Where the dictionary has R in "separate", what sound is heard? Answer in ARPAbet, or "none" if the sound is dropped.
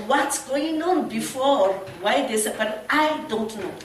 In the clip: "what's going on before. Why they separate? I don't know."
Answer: none